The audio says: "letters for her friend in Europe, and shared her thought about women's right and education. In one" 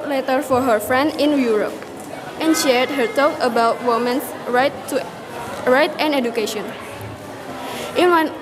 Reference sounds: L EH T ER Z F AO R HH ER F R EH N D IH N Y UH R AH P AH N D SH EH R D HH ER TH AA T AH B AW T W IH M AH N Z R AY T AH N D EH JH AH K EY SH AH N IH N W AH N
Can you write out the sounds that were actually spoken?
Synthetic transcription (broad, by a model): L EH T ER F AO R HH ER F R EH N D IH N Y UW R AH P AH N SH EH R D HH ER T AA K AH B AW T W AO M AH N S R AY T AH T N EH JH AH K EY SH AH N IH N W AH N